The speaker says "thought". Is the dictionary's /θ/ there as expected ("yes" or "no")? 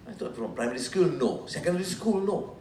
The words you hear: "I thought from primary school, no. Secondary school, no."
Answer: no